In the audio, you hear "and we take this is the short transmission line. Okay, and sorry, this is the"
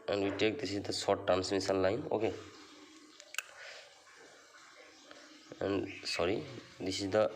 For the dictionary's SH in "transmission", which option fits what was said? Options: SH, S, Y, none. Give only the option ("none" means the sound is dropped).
S